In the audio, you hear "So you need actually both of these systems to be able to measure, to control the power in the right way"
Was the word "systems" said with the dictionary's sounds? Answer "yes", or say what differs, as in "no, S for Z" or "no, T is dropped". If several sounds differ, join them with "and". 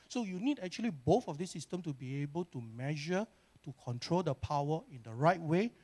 no, Z is dropped